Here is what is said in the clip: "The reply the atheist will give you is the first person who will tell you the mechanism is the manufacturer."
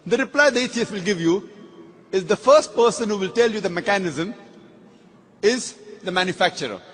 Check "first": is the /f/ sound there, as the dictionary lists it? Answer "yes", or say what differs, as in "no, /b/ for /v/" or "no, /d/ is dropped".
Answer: yes